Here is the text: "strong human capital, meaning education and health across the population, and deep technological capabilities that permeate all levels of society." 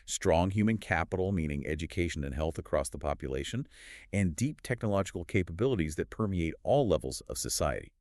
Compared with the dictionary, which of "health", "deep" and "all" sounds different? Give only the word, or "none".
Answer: none